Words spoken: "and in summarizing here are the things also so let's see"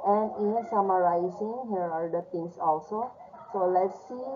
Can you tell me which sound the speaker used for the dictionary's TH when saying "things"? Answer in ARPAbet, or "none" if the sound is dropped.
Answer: T